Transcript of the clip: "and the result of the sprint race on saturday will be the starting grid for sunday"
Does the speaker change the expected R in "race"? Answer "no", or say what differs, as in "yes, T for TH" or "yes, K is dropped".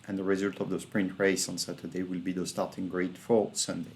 no